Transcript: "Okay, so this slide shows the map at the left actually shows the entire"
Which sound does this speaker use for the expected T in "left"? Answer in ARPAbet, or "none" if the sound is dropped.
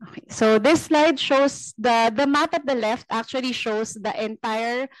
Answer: T